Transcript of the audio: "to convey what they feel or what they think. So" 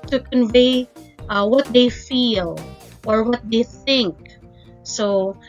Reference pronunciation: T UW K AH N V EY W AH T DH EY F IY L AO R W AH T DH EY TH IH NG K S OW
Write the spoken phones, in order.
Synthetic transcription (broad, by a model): T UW K AH N V EY W AH T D EY F IY L AO R W AH T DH EY TH IH NG K S OW